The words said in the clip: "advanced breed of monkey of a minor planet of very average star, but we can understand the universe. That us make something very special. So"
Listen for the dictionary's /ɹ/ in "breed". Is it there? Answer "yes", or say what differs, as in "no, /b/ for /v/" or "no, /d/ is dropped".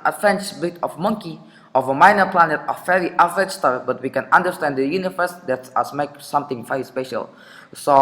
no, /ɹ/ is dropped